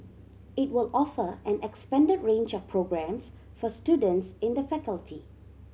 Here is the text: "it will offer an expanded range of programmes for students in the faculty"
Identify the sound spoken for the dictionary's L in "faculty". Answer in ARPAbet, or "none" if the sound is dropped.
L